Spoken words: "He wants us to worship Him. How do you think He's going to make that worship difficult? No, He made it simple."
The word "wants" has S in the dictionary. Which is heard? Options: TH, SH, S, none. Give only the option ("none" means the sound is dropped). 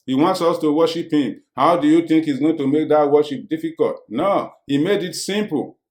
S